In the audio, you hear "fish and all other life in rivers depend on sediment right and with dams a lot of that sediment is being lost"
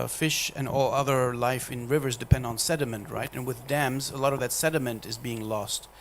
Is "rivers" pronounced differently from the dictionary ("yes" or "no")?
no